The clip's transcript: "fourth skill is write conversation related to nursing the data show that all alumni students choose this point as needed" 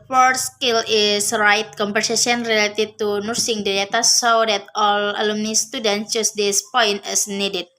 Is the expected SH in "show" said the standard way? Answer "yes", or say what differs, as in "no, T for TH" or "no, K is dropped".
no, S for SH